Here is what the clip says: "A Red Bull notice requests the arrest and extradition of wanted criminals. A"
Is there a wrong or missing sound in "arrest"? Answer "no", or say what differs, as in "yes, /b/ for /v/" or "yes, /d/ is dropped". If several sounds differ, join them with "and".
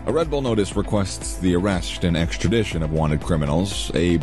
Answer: no